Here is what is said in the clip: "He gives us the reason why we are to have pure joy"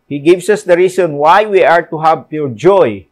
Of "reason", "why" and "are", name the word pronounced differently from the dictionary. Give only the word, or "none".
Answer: reason